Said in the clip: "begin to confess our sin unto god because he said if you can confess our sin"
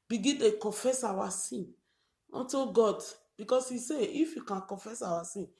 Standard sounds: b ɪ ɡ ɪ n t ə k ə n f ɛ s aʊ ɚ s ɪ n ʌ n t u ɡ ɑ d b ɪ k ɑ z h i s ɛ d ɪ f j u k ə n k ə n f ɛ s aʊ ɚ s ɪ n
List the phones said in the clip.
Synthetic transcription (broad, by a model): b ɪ ɡ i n t ə k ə f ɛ s aʊ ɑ s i n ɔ n t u ɡ ɑ d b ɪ k ɑ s i s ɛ ɪ f j u k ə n k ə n f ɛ s aʊ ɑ s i n